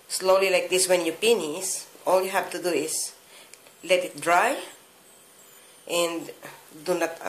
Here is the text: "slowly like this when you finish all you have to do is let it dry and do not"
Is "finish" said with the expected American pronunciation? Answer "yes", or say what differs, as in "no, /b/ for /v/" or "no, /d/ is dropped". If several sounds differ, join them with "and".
no, /p/ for /f/ and /s/ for /ʃ/